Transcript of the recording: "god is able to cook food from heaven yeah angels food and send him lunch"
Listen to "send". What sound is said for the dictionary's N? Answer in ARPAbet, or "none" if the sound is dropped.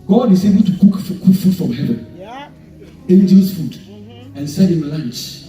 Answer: none